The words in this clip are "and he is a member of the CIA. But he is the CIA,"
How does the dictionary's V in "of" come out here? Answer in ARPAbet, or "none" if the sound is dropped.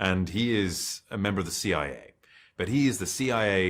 V